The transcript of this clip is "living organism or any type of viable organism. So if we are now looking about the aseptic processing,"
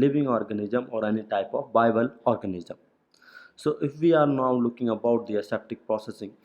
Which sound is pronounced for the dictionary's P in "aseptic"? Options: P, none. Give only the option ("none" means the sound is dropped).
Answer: P